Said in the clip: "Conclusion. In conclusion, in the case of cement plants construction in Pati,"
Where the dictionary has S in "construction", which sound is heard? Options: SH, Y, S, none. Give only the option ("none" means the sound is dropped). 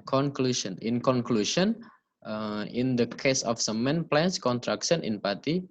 none